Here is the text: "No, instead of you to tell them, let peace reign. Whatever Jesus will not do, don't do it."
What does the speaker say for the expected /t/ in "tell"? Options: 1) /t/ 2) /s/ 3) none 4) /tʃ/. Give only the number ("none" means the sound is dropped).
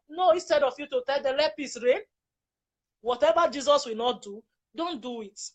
1